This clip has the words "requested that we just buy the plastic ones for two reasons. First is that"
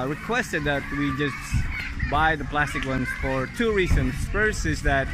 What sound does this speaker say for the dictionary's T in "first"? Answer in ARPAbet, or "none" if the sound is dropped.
none